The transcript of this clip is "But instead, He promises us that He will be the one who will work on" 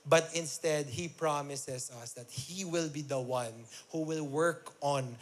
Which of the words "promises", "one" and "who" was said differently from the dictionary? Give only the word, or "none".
promises